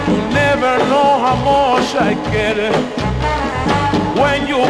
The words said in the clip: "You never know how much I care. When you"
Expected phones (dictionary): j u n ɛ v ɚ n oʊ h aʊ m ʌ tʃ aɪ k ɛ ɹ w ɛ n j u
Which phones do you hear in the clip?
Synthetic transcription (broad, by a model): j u n ɛ v ɚ n oʊ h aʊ m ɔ ʃ aɪ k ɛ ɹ w ɛ n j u